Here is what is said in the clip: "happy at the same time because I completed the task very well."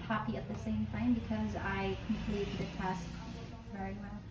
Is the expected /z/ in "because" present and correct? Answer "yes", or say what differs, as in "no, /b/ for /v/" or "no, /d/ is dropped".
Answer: yes